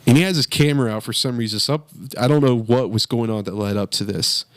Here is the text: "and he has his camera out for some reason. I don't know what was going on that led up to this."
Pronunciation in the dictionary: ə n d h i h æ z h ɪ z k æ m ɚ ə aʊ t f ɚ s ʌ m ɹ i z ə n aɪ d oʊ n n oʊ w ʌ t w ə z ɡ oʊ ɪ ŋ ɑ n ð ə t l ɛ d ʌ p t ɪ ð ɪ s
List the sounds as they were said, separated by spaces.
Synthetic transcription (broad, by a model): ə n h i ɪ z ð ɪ s k æ m ɚ ə aʊ t f ɚ s ʌ m ɹ i z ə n aɪ d oʊ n n oʊ w ʌ t w ə z ɡ oʊ ɪ ŋ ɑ n ð ə t l ɛ d ʌ p t ɪ ð ɪ s